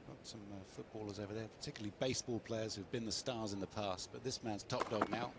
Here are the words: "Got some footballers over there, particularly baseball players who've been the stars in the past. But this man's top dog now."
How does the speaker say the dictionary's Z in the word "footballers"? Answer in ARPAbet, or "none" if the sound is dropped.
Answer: Z